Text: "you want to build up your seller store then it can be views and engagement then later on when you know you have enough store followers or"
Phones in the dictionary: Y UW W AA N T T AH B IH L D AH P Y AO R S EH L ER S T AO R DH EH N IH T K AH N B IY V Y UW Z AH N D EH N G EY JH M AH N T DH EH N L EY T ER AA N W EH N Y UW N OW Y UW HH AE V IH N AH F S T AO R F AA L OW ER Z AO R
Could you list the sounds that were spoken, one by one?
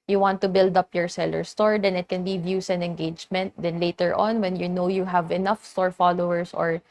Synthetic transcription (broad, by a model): Y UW W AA N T T AH B IH L D AH P Y AO R S EH L ER S T AO R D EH N IH T K AH N B IY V Y UW S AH N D EH N G EY JH M AH N T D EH N L EY T ER AA N W EH N Y UW N OW Y UW HH AE V IH N AH F S T AO R F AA L OW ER S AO R